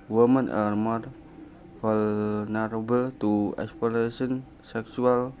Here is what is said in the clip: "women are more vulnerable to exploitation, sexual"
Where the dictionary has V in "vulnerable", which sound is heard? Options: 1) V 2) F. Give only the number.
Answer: 2